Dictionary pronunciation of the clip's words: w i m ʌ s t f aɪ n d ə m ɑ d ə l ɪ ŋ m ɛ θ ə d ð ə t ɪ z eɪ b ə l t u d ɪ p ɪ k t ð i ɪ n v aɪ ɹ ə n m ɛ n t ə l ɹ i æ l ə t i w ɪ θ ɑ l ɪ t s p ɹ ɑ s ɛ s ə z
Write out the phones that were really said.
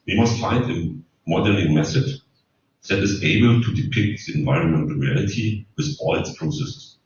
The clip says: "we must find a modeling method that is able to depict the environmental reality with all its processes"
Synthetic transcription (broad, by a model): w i m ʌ s t f aɪ n d ə m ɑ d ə n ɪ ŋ m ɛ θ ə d ð ə t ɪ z eɪ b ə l t u d ɪ p ɪ k t ð i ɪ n v aɪ ɹ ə n m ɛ n t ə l ɹ i æ l ə t i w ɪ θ ɑ l ɪ t s p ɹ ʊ s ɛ s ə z